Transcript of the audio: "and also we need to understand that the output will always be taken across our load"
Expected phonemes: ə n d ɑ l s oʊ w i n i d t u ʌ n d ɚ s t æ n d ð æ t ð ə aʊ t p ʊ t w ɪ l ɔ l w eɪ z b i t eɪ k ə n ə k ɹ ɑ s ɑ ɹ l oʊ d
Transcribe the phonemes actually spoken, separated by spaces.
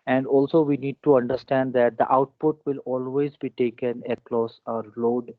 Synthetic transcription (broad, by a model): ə n d ɑ l s oʊ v i n i d t u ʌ n d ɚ s t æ n d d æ t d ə aʊ t p ʊ t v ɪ l ɔ l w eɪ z b i t eɪ k ə n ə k l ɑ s ɑ ɹ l oʊ d